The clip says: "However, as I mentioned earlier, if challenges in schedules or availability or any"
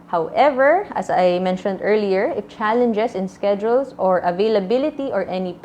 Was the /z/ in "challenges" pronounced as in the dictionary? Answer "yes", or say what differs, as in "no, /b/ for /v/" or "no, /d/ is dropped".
no, /s/ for /z/